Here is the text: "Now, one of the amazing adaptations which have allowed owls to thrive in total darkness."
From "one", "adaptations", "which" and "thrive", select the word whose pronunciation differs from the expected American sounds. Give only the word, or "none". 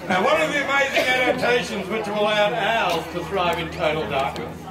none